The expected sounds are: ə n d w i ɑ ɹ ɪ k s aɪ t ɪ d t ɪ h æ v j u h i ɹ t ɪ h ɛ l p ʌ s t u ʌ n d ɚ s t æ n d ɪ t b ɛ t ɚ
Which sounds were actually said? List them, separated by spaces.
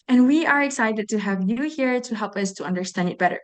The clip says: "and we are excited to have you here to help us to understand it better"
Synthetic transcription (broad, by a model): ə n w i ɑ ɹ ɪ k s aɪ t ɪ d t ɪ h æ v j u h i ɹ t ɪ h ɛ l p ʌ s t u ʌ n d ɚ s t æ n d ɪ t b ɛ t ɚ